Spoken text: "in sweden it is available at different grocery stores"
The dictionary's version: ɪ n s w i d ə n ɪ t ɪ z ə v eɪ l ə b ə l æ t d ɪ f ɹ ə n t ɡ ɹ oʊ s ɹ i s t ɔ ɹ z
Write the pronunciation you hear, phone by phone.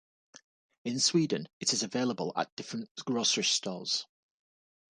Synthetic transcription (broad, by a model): ɪ n s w i d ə n ɪ t ɪ z ə v eɪ l ə b ə l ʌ t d ɪ f ɹ ə n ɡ ɹ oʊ s ɹ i s t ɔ l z